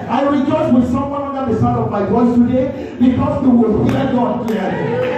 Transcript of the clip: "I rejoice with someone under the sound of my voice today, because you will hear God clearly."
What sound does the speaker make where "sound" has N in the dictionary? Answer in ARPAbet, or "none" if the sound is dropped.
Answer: none